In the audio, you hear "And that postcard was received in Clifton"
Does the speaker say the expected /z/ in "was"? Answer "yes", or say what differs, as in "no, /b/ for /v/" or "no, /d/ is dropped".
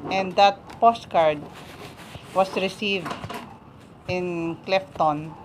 no, /s/ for /z/